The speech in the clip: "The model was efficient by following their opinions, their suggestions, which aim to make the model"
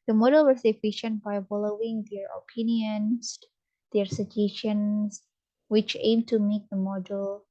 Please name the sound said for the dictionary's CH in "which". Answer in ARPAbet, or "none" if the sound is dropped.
CH